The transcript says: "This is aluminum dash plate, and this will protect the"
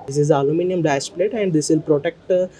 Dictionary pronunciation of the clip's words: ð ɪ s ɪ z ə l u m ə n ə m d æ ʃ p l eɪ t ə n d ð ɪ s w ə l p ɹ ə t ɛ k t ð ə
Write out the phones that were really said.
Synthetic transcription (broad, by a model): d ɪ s ɪ z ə l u m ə n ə m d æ s p l eɪ t ə n d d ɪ s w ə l p ɹ ə t ɛ k t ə